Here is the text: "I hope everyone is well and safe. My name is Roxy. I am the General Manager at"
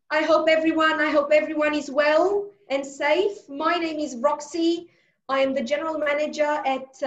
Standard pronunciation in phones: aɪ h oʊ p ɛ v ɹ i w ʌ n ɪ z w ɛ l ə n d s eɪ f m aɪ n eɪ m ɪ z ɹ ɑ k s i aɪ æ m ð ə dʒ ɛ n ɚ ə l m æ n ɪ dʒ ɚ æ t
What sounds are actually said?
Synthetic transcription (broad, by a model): aɪ h oʊ p ɛ v ɹ i w ʌ n ɪ z w ɛ l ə n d s eɪ f m aɪ n eɪ m ɪ z ɹ ɑ k s i aɪ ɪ m ð ə dʒ ɛ n ɚ ə l m æ n ɪ dʒ ɚ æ t